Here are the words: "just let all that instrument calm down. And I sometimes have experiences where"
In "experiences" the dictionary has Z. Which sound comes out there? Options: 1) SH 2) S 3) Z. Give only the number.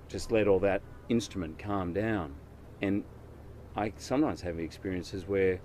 3